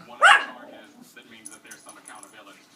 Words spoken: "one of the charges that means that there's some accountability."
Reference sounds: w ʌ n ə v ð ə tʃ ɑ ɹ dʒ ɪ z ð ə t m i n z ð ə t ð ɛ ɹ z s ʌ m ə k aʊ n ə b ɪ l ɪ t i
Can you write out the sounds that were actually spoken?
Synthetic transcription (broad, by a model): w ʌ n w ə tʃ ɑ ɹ ɪ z ð ə t m i n z ð ə t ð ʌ ɹ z s ʌ m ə k aʊ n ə b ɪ l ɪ t i